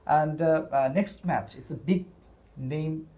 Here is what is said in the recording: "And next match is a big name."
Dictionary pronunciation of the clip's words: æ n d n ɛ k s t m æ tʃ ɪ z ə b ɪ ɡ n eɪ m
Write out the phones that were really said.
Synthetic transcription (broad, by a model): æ n d n ɛ k s t m æ tʃ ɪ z ə b ɪ ɡ n eɪ m